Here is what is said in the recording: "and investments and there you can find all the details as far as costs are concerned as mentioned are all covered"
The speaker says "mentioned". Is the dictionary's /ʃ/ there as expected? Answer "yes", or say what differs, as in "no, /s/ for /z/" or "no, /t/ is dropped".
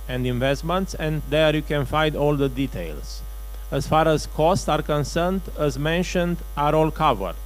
yes